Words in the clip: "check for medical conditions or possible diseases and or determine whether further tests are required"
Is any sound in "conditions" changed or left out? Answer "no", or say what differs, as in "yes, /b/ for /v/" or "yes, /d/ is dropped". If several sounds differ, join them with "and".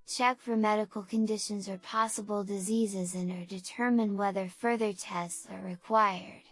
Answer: no